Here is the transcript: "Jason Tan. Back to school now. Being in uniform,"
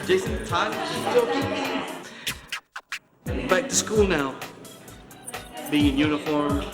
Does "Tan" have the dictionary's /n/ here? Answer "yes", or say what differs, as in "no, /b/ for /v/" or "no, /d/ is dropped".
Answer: no, /l/ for /n/